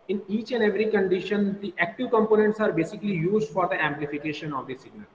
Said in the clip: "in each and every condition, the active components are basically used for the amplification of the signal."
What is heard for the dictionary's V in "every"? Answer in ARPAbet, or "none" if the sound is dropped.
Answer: V